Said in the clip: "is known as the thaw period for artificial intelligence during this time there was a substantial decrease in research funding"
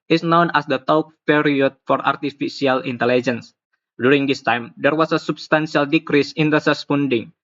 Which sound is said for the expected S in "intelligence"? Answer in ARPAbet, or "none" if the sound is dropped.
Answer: S